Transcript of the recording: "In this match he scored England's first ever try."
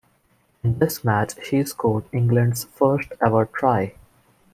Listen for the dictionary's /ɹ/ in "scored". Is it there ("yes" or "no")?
no